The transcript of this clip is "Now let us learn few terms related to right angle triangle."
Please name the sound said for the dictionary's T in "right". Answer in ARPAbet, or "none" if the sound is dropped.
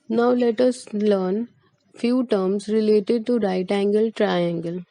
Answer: T